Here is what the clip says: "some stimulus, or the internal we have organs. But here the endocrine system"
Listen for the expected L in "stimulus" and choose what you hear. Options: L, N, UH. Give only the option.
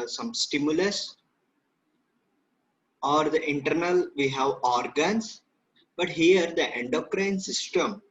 L